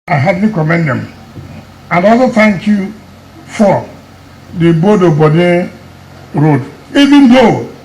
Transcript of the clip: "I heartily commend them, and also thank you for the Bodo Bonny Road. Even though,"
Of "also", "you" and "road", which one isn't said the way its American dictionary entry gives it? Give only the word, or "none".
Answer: also